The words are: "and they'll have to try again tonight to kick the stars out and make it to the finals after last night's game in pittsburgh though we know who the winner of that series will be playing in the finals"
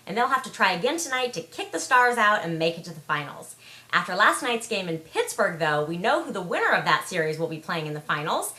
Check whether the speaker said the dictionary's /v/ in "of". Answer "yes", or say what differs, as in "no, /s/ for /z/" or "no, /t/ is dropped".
yes